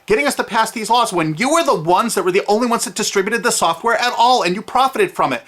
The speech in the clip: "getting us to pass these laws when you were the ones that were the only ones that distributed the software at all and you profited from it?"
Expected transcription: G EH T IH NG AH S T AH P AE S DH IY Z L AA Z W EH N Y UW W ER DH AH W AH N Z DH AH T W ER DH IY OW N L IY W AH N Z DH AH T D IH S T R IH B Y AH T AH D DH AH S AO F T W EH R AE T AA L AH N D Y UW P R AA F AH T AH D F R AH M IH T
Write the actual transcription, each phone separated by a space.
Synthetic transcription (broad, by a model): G EH T IH NG AH S T AH P AE S DH IY Z L AA Z W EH N Y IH W ER DH AH W AH N Z DH AH T W ER DH IY OW N L IY W AH N Z DH AH T D IH S T R IH B Y AH T AH D DH AH S AO F T W EH R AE T AA L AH N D Y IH P R AA F AH T AH D F R AH M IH T